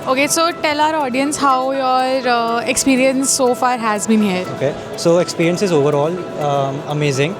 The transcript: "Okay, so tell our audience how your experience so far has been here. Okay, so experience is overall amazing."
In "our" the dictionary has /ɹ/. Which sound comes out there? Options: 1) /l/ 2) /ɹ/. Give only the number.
2